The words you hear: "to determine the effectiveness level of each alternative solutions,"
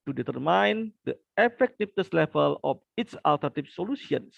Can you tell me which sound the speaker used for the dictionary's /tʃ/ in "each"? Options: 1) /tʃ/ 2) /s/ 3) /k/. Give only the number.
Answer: 2